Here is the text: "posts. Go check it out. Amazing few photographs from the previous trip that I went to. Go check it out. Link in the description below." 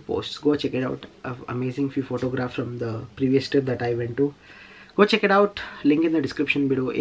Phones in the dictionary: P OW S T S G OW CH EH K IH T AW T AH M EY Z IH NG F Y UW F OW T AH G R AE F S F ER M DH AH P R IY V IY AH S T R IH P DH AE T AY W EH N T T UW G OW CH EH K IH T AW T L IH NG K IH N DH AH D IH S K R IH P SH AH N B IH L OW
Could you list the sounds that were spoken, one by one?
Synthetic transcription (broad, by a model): P OW S T S G OW CH EH K IH T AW T AH M EY Z IH NG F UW F OW T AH G R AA F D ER M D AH P R IY V IY AH S T IH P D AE T AY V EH N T T UW G OW CH EH K IH T AW T L IH NG K IH N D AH D IH S K R IH P SH AH N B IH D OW